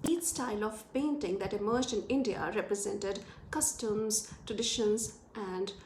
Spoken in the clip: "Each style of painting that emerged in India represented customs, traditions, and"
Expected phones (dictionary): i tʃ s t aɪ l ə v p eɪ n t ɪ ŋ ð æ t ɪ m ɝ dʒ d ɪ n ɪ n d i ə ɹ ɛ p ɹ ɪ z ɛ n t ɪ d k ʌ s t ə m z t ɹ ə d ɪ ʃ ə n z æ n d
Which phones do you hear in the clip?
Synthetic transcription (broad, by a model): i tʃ s t aɪ l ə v p eɪ n t ɪ ŋ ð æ t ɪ m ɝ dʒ ɪ n ɪ n d i ə ɹ ɛ p ɹ ɪ z ɛ n t ɪ d k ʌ s t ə m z t ɹ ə d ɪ ʃ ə n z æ n d